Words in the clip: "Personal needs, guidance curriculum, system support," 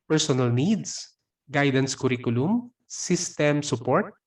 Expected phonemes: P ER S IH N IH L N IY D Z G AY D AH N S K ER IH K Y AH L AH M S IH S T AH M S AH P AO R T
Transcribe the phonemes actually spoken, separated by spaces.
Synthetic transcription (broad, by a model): P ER S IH N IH L N IY D S G AY D AH N S K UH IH K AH L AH M S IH S T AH M S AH P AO R T